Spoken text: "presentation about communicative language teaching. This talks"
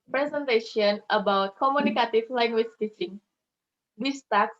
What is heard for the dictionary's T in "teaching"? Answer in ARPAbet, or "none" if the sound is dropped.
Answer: T